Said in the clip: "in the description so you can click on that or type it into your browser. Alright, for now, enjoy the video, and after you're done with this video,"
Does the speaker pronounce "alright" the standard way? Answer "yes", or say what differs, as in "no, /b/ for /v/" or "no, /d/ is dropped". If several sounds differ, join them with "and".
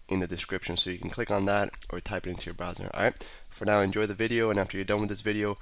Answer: no, /l/ is dropped